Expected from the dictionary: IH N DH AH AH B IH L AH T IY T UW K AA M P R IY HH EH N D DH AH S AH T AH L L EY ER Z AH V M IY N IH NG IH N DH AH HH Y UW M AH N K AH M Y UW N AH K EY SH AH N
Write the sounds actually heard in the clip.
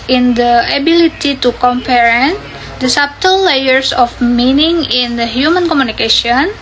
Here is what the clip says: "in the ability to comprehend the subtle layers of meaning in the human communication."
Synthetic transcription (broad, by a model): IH N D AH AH B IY L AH T IY T UW K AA M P IY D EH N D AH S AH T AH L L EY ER S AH F M IY N IH NG IH N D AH HH Y UW M AH N K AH M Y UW N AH K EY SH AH N